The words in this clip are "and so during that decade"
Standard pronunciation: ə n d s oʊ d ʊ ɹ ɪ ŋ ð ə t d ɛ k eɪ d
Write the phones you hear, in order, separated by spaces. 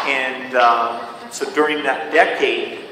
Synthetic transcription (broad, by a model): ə n s oʊ d ʊ ɹ ɪ ŋ ð ə t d ɛ k eɪ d